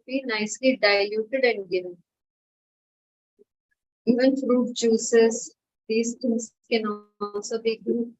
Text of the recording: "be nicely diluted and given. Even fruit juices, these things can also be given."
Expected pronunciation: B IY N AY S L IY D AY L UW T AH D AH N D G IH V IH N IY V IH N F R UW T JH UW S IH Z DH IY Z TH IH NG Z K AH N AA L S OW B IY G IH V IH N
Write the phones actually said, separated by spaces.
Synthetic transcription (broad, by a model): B IY N AY S L IY D AY L UW T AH D AH N D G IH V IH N IY V IH N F R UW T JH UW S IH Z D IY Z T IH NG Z K AH N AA N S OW B IY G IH